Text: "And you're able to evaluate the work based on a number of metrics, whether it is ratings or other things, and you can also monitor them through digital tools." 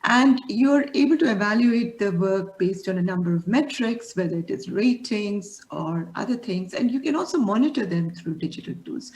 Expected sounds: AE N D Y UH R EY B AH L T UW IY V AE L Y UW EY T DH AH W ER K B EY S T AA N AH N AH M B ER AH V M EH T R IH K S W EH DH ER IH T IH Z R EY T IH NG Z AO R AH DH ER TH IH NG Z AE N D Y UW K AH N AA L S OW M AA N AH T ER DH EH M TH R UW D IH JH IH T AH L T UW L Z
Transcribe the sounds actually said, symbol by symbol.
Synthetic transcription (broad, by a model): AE N D Y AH R EY B AH L T UW IY V AE L Y UW EY T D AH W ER K B EY S T AA N AH N AH M B ER AH V M EH T R IH K S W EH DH ER IH T IH Z R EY T IH NG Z AO R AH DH ER T IH NG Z AE N D Y UW K AH N AA L S OW M AA N AH T ER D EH M T R UW D IH JH IH T AH L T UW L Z